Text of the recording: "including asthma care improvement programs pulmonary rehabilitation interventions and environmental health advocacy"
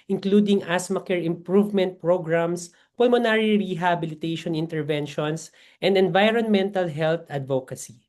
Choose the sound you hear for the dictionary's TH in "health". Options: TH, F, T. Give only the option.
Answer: T